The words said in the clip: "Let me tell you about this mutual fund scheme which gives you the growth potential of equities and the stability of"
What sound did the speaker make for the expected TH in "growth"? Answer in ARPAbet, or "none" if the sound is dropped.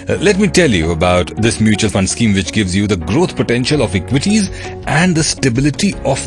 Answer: T